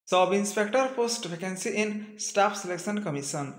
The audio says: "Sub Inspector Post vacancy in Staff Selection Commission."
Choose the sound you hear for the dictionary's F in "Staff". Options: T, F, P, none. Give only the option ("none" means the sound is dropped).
P